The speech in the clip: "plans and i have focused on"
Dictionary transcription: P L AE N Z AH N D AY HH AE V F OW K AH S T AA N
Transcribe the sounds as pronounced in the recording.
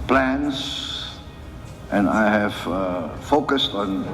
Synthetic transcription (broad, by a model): P L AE N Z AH N AY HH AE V F OW K AH S T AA N